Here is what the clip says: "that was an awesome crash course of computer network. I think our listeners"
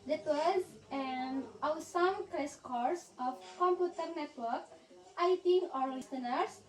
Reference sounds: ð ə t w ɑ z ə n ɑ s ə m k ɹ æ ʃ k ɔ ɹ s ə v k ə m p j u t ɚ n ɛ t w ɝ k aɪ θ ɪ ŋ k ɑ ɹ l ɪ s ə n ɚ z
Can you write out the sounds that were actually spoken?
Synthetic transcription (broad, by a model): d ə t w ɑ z ə n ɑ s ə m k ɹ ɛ s k ɔ ɹ s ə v k ə m p j u t ɚ n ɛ t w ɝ k aɪ t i ɑ ɹ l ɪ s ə n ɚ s